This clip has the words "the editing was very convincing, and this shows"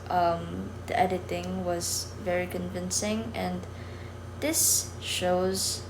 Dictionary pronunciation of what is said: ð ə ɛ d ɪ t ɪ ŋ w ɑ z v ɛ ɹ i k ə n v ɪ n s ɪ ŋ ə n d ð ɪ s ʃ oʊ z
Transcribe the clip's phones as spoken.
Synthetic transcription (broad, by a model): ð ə ɛ d ɪ t ɪ ŋ w ɑ z v ɛ ɹ i k ə n v ɪ n s ɪ ŋ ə n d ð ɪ s ʃ oʊ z